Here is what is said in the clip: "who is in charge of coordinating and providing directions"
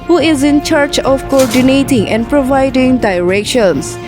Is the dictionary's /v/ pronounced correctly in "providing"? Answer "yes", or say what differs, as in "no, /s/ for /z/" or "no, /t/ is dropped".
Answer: yes